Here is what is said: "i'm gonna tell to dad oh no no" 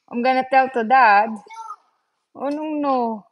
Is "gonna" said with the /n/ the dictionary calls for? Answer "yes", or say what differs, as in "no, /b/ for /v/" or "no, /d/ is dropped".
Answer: yes